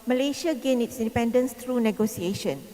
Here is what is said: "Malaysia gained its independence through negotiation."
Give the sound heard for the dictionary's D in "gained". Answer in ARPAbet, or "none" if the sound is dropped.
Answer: none